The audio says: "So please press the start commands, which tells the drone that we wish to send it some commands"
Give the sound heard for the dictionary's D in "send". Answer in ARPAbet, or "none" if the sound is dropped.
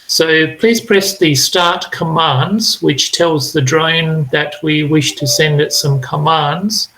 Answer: D